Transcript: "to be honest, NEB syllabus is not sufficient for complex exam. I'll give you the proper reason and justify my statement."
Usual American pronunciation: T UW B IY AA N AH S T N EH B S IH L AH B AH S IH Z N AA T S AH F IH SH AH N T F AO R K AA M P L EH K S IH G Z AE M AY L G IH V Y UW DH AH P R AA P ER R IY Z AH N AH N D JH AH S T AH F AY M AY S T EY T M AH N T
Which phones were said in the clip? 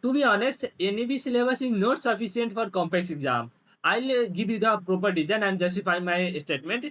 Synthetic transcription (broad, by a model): T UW B IY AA N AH S T N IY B S L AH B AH S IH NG N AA T S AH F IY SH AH N T F AO R K AA M P L EH K S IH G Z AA M AY L G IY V Y UW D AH P R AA P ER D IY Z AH N AH N D JH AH S T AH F AY M AY S T EY T M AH N T